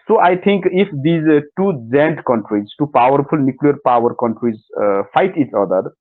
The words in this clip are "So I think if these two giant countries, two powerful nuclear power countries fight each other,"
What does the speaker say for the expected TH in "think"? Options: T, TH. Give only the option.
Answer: T